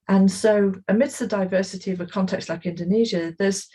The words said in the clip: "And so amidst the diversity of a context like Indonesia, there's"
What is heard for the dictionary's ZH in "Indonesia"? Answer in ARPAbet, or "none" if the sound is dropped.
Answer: ZH